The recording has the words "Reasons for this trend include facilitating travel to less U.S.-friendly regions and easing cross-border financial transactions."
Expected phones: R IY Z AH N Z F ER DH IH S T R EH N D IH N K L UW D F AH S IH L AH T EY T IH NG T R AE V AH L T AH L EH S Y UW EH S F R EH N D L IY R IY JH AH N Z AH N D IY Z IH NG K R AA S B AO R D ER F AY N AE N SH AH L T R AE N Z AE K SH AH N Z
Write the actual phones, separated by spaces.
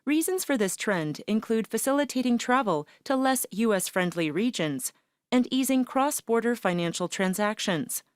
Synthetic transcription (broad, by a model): R IY Z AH N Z F ER DH IH S T R EH N D IH N K L UW D F AH S IH L AH T EY T IH NG T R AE V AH L T AH L EH S Y UW EH S F R EH N D L IY R IY JH AH N Z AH N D IY Z IH NG K R AA S B AO R D ER F AY N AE N SH L T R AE N Z AE K SH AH N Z